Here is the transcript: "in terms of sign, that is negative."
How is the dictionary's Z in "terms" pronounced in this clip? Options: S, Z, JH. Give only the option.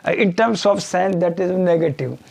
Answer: S